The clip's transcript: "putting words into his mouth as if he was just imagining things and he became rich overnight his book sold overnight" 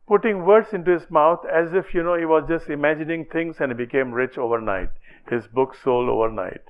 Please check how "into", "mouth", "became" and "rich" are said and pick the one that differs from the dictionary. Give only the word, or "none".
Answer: mouth